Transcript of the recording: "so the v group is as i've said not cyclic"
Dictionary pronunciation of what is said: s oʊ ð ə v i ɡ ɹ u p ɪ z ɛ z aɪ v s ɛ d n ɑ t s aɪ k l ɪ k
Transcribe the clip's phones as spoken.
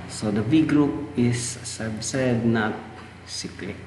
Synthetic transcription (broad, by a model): s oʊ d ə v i ɡ ɹ u p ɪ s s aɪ b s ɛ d n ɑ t s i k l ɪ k